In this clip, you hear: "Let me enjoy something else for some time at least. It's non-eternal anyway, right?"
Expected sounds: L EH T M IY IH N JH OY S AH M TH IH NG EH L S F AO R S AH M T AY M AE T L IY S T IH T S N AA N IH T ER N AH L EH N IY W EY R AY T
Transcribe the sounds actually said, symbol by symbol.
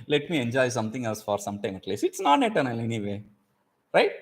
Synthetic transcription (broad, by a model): L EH T M IY IH N JH OY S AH M T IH NG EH L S F AO R S AH M T AY M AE T L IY S IH T S N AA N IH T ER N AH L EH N IY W EY R AY T